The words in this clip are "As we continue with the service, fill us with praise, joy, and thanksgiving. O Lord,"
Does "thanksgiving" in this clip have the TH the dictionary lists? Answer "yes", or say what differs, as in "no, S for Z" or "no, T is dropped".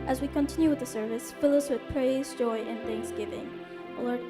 yes